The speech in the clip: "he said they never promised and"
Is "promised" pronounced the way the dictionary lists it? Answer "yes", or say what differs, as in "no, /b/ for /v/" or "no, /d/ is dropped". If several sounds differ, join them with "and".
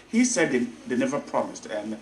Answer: yes